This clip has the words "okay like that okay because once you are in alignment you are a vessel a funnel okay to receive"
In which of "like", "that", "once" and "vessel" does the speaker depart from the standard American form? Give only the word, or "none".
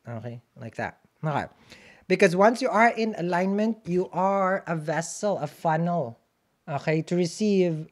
none